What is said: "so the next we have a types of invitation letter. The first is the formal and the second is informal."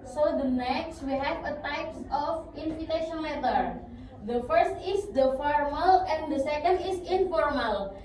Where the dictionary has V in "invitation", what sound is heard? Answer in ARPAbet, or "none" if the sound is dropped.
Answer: F